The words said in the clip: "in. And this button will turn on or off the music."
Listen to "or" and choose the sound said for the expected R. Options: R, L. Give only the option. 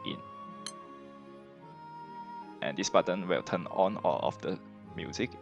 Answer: L